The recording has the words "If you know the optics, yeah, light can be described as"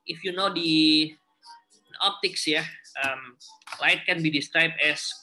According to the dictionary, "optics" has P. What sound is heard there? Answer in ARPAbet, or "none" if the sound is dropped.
P